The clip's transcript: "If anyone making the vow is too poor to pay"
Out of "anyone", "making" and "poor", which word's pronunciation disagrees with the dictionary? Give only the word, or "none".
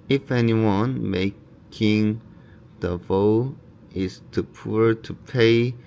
none